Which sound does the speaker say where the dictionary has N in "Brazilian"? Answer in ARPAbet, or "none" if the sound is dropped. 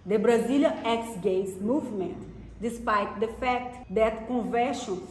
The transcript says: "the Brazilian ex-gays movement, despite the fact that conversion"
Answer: none